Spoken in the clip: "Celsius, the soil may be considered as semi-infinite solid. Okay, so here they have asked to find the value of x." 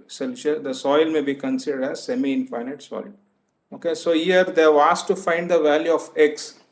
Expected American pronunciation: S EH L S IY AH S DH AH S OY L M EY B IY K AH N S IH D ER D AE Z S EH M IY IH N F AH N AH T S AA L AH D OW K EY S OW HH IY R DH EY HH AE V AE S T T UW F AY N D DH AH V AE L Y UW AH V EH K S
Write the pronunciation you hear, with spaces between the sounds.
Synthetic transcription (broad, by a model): S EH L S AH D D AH S OY L M EY B IY K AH N S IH D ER D AE Z S EH M IY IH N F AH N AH T S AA AH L OW K EY S OW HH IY R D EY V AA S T T UW F AY N D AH V AE L Y UW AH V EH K S